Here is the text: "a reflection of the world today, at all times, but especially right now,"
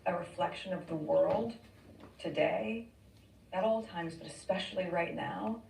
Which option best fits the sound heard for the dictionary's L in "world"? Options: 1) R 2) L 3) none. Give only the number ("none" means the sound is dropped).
2